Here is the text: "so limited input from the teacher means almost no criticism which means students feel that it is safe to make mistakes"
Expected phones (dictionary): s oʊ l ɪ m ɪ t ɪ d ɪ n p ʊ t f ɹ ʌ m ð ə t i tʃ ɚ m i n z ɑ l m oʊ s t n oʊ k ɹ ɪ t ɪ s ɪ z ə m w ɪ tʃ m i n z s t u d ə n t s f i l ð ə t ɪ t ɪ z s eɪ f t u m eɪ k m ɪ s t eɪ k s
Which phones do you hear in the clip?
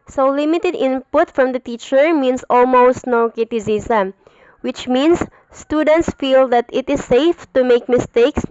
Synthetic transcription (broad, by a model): s oʊ l ɪ m ɪ t ɪ d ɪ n p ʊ t f ɹ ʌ m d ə t i tʃ ɚ m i n s ɑ l m oʊ s t n oʊ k ɪ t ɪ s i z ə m w ɪ tʃ m i n s t u d ə n t s f i l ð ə t ɪ t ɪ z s eɪ f t u m eɪ k m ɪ s t eɪ k s